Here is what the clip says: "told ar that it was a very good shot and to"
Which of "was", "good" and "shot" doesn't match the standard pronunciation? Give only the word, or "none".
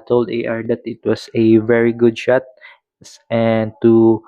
was